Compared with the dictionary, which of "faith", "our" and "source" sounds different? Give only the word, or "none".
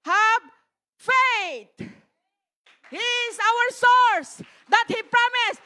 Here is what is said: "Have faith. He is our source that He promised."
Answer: faith